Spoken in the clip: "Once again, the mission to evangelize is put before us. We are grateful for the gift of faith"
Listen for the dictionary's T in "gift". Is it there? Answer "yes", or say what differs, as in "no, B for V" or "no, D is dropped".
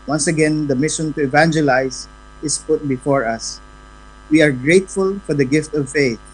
yes